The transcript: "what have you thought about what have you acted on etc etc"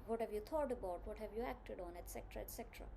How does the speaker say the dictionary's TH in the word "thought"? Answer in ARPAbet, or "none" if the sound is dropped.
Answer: T